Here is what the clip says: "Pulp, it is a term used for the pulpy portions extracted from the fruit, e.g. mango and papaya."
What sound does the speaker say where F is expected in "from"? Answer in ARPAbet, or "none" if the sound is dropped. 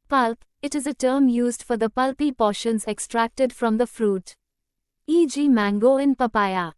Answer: F